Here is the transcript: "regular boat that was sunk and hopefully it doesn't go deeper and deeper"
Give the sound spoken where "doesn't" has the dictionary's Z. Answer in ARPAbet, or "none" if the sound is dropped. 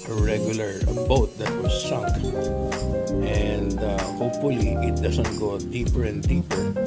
S